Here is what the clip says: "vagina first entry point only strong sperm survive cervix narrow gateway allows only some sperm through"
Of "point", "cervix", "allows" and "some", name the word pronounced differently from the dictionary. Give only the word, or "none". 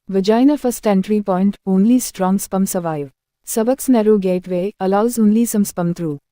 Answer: cervix